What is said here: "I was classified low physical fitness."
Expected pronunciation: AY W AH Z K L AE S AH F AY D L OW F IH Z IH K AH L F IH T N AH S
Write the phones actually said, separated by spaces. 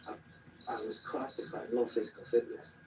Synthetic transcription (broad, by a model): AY W AH Z K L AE S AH F AY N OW F IH Z IH K AH L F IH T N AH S